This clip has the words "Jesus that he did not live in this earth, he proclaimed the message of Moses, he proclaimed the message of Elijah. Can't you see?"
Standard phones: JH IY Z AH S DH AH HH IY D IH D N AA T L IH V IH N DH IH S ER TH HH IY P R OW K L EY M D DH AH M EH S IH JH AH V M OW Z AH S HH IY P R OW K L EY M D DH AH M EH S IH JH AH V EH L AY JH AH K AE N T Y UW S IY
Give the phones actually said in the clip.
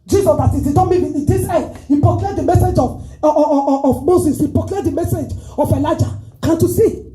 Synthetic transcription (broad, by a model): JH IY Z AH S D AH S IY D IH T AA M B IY IH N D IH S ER HH IY P R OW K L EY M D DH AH M EH S IH JH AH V M OW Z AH S HH IY P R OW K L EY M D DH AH M EH S IH JH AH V EH L AY JH AH K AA N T Y UW S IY